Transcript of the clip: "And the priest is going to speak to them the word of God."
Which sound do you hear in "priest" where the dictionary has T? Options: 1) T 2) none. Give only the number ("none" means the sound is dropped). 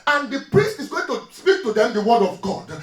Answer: 1